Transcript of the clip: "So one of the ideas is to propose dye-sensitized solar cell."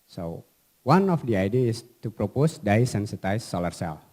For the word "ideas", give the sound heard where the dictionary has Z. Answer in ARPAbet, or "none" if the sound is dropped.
none